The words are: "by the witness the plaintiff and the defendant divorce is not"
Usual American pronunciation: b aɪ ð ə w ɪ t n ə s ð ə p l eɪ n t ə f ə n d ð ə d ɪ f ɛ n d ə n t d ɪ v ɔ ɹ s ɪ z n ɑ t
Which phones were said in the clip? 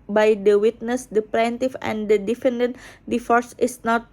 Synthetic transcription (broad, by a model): b aɪ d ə w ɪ t n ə s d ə p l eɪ n t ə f ə n d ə d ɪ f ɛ n d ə n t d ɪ f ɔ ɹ s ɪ s n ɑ t